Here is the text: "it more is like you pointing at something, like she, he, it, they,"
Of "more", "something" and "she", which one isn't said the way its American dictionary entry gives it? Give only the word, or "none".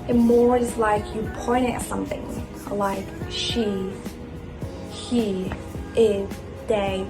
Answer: none